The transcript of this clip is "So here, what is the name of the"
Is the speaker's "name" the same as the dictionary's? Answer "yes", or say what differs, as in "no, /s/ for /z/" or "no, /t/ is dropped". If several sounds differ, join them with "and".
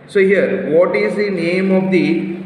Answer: yes